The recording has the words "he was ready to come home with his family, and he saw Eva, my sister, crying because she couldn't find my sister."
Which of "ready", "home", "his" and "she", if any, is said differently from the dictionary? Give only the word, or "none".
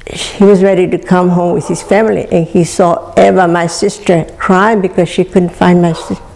his